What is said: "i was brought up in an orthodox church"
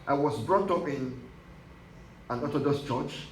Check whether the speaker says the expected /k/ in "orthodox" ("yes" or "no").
no